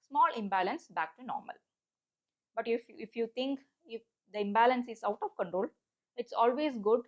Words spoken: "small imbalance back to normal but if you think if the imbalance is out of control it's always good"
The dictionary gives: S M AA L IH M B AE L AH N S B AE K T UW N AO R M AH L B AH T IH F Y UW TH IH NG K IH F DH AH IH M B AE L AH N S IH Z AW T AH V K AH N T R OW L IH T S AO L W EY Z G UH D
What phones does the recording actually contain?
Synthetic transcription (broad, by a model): S M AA L IH M B AE L AH N S B AE K T UW N AO R M AH L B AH T IH F Y UW T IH NG K IH F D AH IH M B AE L AH N S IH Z AW T AH V K AH N T R OW L IH T S AO L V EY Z G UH D